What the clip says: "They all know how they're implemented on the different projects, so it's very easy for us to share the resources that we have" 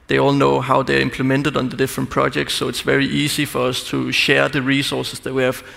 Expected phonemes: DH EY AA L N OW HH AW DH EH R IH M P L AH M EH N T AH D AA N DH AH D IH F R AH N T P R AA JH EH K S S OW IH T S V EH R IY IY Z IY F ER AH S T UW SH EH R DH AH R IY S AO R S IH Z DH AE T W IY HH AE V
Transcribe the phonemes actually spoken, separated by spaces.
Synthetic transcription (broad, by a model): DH EY AA L N OW HH AW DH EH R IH M P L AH M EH N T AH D N DH AH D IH F R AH N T P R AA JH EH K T S OW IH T S V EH R IY IY S IY F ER AH S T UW SH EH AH DH AH R IY S AO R S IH S DH AE T W IY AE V